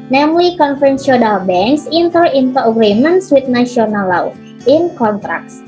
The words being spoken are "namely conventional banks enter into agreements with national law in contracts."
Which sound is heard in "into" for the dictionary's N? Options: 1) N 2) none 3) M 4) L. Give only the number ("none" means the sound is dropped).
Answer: 1